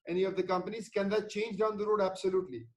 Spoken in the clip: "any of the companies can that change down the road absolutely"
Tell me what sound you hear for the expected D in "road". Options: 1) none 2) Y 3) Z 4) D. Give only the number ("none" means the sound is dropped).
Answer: 4